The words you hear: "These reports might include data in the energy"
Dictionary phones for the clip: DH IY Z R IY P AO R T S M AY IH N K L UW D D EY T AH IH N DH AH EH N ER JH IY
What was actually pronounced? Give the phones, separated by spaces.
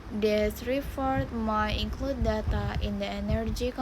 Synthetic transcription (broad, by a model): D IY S R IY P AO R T M AY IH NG K L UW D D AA T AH IH N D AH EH N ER JH IY